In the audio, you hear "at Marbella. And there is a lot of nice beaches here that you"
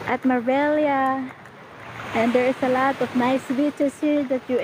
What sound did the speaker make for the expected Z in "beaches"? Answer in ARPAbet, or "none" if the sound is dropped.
S